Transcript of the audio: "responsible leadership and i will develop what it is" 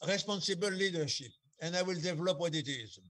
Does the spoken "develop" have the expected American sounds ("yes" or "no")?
yes